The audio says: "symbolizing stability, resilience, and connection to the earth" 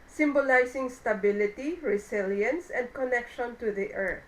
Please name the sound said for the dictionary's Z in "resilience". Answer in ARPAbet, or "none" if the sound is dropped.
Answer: S